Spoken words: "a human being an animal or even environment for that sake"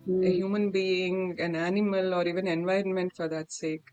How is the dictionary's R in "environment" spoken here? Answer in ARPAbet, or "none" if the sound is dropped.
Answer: R